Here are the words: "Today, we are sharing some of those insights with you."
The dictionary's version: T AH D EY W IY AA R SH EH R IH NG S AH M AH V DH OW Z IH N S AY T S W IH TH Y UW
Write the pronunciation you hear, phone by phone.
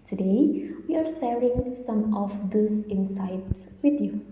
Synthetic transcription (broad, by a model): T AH D EY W IY AA R S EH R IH NG S AH M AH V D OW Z IH N S AY T S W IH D Y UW